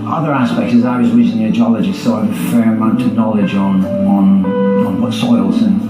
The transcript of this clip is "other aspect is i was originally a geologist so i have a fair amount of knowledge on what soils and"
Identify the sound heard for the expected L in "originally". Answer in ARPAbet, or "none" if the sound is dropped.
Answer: N